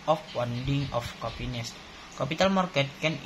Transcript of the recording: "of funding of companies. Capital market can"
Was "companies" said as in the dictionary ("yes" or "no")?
no